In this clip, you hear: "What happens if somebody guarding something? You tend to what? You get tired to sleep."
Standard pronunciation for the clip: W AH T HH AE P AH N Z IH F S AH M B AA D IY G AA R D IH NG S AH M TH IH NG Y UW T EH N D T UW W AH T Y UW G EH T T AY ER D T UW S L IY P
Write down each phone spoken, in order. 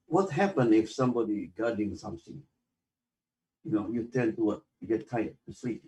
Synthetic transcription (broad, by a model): W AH T HH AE P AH N IH F S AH M B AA D IY G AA D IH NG S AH M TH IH NG Y UW T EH N T UW W AH T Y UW G EH T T AY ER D T UW S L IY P